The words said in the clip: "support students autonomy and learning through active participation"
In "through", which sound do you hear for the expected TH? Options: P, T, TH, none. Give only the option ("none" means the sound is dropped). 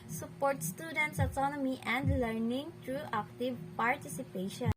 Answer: T